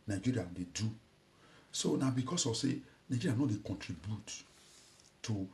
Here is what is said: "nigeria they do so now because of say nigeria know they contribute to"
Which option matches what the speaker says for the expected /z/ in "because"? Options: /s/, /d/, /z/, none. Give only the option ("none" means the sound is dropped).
/s/